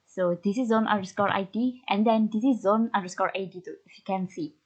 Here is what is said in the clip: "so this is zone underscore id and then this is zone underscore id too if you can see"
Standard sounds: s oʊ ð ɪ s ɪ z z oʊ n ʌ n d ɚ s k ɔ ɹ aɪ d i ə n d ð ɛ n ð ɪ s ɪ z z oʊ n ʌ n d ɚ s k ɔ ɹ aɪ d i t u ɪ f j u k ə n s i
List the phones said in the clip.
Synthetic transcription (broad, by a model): s oʊ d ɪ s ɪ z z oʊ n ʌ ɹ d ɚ s k ɔ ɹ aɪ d i ə n d ɛ n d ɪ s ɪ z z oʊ n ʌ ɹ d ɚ s k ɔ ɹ aɪ d i t u ɪ f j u k ə n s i